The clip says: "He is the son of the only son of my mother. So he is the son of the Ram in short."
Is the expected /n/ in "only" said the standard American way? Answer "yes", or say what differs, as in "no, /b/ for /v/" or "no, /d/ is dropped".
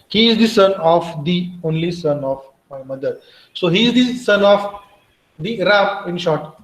yes